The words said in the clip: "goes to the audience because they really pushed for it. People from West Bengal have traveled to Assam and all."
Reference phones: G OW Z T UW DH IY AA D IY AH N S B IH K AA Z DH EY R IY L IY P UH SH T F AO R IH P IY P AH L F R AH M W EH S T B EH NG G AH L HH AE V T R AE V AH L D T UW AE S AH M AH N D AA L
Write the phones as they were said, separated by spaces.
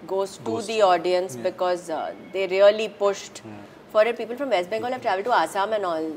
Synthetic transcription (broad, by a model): G OW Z T UW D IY AA D IY AH N S B IH K AA Z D EY R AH L IY P UH SH T F AO R IH P IY P AH L F R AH M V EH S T B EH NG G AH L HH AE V T R AE V AH L D T UW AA S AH M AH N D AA L